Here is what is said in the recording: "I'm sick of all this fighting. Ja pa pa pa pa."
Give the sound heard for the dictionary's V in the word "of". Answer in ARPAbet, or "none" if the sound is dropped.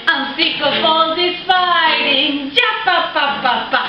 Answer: F